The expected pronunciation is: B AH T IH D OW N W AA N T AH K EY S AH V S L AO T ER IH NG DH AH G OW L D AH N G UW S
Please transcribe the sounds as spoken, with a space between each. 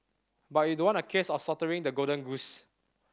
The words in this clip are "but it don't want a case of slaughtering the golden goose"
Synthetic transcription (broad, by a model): B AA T IH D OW W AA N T AH K EY S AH F S AO T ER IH NG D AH G OW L D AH N G UW S